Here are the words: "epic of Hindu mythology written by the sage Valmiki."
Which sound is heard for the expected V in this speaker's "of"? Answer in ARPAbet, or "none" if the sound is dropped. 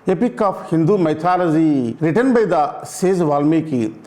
P